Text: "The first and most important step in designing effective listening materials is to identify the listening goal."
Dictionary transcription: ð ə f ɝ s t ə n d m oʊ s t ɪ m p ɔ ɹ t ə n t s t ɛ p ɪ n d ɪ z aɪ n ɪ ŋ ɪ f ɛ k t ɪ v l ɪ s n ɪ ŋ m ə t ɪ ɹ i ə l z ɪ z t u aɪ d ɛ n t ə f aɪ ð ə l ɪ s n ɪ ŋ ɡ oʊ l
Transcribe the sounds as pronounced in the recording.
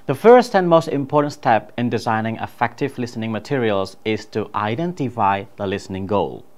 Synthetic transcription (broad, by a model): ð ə f ɝ s t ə n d m oʊ s t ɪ m p ɔ ɹ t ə n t s t ɛ p ɪ n d ɪ z aɪ n ɪ ŋ ɪ f ɛ k t ɪ v l ɪ s n ɪ ŋ m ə t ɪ ɹ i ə l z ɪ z t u aɪ d ɛ n t ə f aɪ ð ə l ɪ s n ɪ ŋ ɡ oʊ l